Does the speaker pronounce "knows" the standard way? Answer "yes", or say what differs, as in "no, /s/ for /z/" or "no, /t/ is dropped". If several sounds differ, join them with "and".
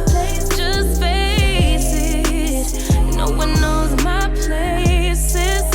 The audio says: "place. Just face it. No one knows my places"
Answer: yes